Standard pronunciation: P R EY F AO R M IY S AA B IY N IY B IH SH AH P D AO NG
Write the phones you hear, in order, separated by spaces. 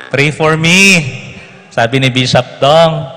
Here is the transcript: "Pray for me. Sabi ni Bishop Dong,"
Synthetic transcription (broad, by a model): P R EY F AO R M IY S AA B IY N IY B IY S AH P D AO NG